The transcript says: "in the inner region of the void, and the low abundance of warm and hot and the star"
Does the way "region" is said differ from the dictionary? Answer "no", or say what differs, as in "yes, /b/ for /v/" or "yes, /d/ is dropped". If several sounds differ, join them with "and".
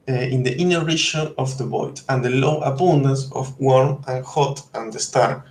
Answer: yes, /ʃ/ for /dʒ/